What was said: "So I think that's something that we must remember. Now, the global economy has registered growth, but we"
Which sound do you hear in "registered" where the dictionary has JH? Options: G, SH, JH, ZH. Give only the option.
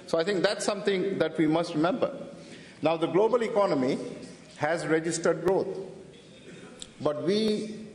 JH